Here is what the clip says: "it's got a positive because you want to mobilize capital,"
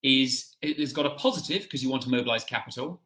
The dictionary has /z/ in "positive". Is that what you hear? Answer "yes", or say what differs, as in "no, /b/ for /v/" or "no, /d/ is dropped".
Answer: yes